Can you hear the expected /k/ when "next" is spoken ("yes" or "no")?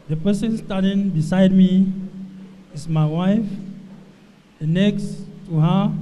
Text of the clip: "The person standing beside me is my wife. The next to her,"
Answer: yes